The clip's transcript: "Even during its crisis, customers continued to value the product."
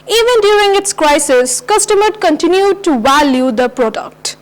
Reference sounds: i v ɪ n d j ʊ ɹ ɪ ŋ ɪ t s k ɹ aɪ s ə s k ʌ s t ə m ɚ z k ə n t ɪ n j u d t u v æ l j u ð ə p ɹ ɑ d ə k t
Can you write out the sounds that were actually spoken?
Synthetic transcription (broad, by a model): i v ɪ n d j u ɹ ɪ ŋ ɪ t s k ɹ aɪ s ə s k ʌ s t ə m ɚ k ə n t ɪ n j u d t u v æ l j u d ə p ɹ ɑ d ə k t